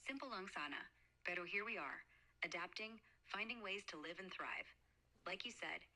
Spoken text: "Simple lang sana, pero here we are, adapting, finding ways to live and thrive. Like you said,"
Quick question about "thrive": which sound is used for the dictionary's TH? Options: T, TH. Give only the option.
TH